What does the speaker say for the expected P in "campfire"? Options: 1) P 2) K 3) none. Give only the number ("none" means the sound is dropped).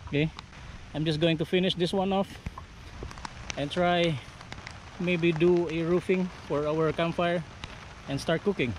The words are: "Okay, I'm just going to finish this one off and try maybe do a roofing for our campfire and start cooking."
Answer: 3